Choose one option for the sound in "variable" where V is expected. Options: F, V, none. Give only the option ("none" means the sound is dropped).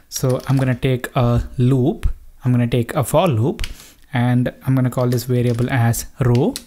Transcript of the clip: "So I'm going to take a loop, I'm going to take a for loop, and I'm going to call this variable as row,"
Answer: V